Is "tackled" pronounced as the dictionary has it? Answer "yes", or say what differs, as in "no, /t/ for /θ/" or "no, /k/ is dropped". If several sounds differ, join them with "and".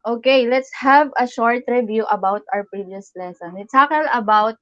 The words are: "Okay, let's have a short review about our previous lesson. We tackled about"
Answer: no, /d/ is dropped